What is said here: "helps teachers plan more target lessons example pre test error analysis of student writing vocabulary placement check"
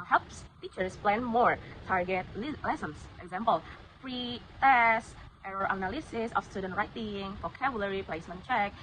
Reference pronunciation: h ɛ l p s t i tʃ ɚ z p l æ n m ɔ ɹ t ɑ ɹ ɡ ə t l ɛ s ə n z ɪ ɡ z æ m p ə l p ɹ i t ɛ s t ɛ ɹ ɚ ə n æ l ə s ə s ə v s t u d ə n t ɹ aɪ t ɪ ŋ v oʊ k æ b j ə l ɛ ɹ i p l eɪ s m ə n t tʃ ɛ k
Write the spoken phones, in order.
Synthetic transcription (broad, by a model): h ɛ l p s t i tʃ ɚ s p l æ n m ɔ ɹ t ɑ ɹ ɡ ə t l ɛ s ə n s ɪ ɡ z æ m p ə l f ɹ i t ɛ s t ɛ ɹ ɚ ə n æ l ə s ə s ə f s t u d ə n t ɹ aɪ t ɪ ŋ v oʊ k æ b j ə l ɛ ɹ i p l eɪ s m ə n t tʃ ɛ k